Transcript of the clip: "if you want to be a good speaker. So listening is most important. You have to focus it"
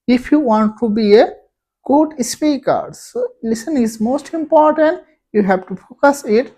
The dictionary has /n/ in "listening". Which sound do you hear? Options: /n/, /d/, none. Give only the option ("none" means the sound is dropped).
none